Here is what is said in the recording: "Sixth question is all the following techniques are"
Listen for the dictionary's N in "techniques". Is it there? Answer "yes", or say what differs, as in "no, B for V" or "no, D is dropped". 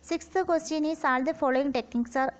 no, N is dropped